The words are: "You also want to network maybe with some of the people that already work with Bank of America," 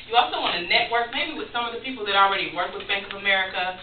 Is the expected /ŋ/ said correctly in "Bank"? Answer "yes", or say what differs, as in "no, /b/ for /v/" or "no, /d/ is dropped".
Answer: yes